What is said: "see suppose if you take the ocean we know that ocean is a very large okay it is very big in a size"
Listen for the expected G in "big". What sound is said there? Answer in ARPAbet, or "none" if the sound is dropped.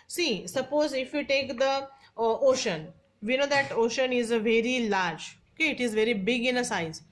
G